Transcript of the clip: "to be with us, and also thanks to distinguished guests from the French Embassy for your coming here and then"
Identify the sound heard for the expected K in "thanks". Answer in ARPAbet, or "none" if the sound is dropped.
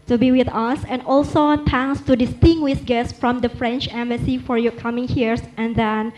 none